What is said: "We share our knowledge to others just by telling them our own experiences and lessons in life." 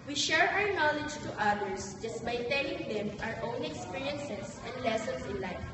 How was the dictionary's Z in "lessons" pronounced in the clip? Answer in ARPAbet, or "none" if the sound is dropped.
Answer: S